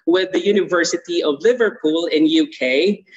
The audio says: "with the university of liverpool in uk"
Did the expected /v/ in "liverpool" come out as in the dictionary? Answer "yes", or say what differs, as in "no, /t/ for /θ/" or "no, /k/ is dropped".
yes